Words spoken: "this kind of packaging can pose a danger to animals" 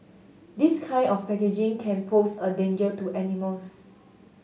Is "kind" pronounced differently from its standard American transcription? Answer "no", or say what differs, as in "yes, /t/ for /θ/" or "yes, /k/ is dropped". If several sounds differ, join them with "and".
yes, /d/ is dropped